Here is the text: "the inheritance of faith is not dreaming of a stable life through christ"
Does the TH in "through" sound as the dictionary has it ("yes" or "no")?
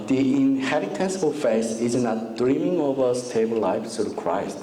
no